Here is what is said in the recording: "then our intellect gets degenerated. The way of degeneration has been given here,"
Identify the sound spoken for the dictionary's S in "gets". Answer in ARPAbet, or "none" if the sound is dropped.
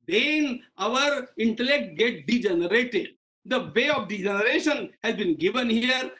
none